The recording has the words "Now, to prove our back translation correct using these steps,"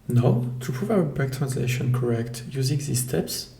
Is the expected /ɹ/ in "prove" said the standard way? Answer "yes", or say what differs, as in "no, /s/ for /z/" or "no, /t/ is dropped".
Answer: yes